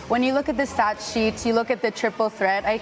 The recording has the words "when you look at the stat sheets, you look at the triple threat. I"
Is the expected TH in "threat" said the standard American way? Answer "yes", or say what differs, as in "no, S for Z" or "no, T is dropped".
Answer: yes